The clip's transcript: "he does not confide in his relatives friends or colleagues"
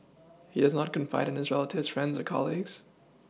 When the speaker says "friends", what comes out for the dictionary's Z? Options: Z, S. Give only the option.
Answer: Z